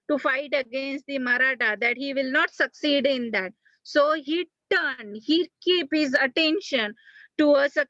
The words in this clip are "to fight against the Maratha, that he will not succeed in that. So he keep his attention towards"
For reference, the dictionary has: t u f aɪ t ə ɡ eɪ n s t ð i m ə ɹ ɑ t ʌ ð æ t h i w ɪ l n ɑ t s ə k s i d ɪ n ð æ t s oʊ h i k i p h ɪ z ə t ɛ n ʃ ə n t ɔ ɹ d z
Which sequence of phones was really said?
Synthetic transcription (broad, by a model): t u f aɪ t ə ɡ eɪ n s t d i m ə ɹ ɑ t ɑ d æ t h i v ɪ l n ɑ t s ə k s i d ɪ n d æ t s oʊ h i k i p h ɪ z ə t ɛ n ʃ ə n t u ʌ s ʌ